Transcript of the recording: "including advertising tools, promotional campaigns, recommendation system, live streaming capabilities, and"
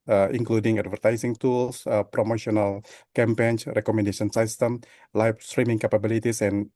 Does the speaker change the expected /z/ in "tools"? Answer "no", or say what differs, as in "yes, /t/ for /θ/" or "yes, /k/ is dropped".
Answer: yes, /s/ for /z/